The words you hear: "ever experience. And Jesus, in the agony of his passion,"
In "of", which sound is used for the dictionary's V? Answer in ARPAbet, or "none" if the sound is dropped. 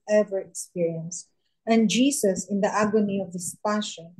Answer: V